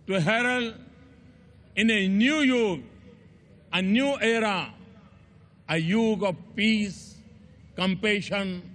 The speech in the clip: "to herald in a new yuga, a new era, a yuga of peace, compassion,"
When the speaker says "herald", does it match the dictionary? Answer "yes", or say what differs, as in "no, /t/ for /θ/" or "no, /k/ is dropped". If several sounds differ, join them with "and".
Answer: no, /d/ is dropped